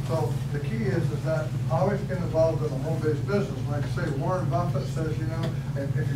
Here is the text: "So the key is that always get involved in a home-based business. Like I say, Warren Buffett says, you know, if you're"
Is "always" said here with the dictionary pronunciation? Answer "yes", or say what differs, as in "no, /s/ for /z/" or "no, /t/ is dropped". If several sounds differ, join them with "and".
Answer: yes